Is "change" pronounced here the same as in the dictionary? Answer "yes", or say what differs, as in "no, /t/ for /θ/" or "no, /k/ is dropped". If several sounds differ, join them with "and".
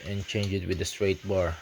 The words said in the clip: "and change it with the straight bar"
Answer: yes